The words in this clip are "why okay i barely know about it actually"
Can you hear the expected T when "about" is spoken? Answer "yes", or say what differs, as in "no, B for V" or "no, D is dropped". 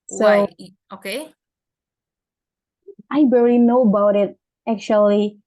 yes